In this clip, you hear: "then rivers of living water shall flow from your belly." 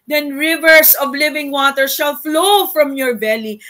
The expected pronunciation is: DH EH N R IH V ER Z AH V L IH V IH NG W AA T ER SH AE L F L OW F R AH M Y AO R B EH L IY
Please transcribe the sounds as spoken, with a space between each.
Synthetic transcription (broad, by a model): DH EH N R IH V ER S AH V L IH V IH NG W AA T ER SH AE L F L OW F R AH M Y AO R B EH L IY